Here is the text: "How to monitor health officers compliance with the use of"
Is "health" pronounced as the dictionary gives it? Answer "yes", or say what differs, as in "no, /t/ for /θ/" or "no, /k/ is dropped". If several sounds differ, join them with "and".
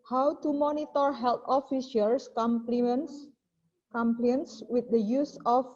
no, /t/ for /θ/